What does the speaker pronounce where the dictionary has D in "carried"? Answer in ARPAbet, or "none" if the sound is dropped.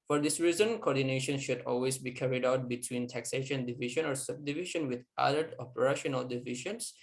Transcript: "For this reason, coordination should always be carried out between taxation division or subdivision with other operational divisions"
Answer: D